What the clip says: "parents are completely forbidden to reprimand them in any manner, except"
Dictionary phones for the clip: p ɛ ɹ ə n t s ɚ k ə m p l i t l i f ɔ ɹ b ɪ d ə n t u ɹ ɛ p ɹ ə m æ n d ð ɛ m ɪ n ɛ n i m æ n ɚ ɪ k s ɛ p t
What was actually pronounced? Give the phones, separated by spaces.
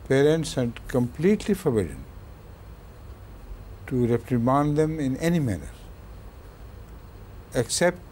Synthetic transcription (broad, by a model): p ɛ ɹ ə n t s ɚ k ə m p l i t l i f ɔ ɹ b ɪ d ə n t u ɹ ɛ p ɹ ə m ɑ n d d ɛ m ɪ n ɛ n i m æ n ɚ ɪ k s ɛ p t